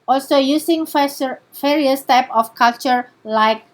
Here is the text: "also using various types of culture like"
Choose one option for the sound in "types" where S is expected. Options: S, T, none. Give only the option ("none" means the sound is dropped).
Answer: none